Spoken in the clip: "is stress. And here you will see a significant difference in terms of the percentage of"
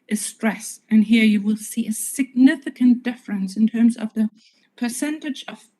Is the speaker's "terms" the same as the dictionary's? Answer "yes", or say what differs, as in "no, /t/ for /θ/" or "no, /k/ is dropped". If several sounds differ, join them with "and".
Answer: yes